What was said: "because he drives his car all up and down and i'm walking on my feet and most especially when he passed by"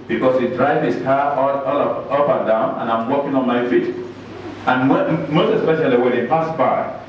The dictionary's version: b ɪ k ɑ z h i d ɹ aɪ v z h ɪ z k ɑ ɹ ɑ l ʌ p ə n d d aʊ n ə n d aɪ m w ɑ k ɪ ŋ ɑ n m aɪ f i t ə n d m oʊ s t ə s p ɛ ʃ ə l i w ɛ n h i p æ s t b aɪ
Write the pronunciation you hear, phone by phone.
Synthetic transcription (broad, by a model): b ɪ k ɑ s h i d ɹ aɪ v h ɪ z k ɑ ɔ ɑ l ʌ p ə n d d aʊ n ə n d aɪ m w ɑ k ɪ ŋ ɑ n m aɪ f i t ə n m oʊ s t ə s p ɛ ʃ ə l i w ɛ n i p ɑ s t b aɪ